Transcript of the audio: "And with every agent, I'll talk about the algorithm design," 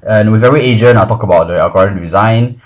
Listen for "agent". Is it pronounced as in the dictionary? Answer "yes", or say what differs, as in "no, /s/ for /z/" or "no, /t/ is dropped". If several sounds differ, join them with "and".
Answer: no, /t/ is dropped